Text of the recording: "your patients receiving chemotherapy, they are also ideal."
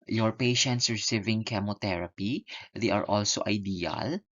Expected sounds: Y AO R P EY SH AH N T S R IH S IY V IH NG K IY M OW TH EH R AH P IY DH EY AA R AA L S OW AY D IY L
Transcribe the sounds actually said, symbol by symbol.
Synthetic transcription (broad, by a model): Y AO R P EY SH AH N T S R IH S IY V IH NG K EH M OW T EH R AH P IY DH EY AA R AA L S OW AY D IY L